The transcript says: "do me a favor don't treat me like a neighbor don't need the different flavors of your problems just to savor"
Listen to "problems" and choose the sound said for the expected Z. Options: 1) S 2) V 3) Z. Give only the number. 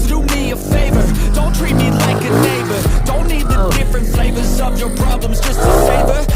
3